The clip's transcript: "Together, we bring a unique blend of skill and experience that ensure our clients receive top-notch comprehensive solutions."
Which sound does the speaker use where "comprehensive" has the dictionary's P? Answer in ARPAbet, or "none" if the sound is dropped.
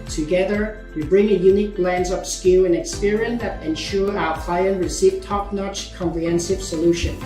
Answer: P